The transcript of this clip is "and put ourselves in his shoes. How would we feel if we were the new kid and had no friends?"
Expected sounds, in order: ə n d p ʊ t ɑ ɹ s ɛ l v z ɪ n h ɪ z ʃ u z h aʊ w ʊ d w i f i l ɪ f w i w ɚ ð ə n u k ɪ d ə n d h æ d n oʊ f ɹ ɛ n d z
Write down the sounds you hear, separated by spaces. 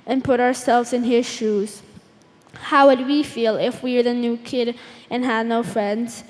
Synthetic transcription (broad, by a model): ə n p ʊ t ɑ ɹ s ɛ l v z ɪ n h ɪ z ʃ u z h aʊ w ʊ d w i f i l ɪ f w i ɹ ð ə n u k ɪ d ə n h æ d n oʊ f ɹ ɛ n d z